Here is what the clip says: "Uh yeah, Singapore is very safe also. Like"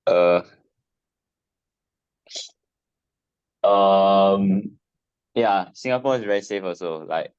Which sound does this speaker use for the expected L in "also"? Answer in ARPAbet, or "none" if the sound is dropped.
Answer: none